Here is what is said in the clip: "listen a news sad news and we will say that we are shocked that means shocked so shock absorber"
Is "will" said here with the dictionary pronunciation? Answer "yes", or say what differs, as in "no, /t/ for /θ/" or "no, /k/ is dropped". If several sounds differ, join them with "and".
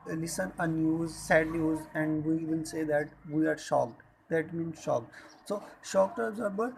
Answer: no, /n/ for /l/